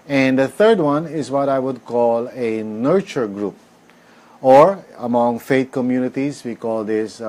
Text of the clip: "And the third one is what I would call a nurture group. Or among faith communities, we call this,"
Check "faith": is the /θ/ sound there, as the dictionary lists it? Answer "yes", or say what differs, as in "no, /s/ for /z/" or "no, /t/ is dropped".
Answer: no, /t/ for /θ/